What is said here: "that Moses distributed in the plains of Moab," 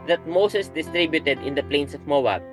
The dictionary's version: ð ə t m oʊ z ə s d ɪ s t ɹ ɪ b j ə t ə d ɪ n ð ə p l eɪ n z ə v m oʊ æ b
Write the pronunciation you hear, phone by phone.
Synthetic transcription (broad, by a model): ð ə t m oʊ s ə s d ɪ s t ɹ ɪ b j ə t ə d ɪ n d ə p l eɪ n s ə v m oʊ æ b